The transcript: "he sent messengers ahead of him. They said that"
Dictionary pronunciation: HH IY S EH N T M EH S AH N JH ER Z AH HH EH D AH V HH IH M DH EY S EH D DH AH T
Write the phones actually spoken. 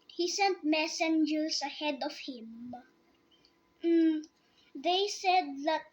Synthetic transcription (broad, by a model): HH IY S EH N T M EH S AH N JH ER S AH HH EH D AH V HH IH M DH EY S EH D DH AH T